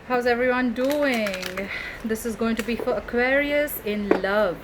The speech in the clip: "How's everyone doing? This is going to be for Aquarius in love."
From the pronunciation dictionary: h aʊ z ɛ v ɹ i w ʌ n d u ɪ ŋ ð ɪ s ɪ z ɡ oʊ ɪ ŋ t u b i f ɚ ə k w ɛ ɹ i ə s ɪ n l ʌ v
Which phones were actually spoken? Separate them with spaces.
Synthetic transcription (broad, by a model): h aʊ z ɛ v ɹ i w ʌ n d u ɪ ŋ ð ɪ s ɪ z ɡ oʊ ɪ ŋ t u b i f ɚ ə k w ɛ ɹ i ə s ɪ n l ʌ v